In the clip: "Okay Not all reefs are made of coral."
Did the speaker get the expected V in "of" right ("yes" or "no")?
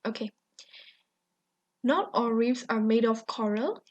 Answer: no